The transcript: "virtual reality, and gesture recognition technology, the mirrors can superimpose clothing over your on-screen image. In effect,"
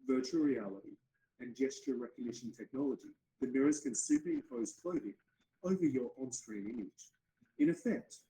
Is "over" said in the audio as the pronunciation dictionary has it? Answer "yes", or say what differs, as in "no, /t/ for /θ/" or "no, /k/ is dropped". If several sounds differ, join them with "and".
yes